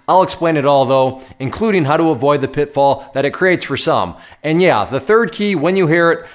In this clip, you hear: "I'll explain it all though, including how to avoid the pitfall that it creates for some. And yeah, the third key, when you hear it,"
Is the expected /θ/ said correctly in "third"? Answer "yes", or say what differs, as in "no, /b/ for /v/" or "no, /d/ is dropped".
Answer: yes